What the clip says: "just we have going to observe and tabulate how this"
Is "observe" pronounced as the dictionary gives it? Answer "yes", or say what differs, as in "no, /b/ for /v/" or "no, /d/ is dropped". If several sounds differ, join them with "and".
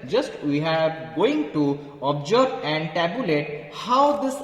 no, /b/ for /v/